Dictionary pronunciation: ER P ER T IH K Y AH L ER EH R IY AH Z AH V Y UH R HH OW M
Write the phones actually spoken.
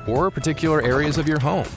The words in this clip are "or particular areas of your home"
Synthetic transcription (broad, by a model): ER P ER T IH K Y L ER EH R IY AH Z AH V Y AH R HH OW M